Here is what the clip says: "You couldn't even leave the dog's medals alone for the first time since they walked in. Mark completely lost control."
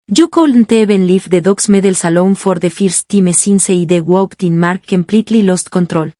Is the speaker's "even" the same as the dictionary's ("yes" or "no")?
no